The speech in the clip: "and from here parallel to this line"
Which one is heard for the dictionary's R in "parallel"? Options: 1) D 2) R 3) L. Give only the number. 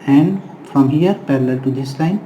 2